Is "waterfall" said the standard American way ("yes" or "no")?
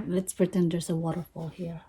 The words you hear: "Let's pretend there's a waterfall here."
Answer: yes